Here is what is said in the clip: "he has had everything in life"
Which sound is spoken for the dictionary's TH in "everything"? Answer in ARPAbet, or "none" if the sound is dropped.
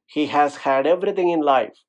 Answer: T